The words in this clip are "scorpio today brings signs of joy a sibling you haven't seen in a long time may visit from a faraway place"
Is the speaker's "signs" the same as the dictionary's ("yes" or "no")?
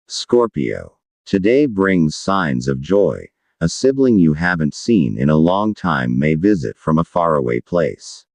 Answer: yes